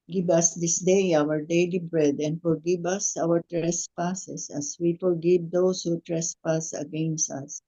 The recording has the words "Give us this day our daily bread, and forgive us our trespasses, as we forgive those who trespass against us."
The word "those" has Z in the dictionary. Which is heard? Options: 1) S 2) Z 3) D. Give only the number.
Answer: 1